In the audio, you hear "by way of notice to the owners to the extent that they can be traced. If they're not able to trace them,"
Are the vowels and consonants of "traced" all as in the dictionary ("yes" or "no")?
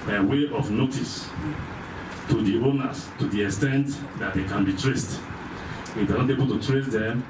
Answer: yes